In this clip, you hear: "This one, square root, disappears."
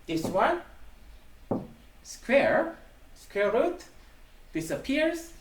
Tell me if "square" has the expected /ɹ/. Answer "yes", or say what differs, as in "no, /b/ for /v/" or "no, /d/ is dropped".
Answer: yes